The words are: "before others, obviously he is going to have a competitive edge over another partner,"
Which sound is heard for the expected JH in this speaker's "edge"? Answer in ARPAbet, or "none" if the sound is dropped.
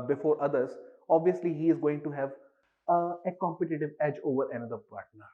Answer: JH